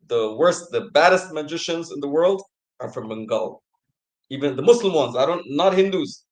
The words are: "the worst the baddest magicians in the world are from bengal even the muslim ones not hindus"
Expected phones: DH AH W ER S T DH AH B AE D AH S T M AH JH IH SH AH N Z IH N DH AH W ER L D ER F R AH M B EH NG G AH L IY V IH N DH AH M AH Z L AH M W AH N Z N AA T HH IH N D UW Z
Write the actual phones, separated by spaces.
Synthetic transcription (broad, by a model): DH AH W ER S T DH AH B AE D AH S T M AH JH IH SH AH N Z IH N DH AH W ER L D ER F R AH M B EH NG G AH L IY V IH N DH AH M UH S L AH M W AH N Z N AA T HH IH N D UW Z